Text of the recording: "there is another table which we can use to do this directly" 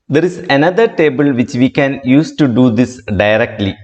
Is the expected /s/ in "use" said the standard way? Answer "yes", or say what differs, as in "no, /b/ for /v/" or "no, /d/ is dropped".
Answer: yes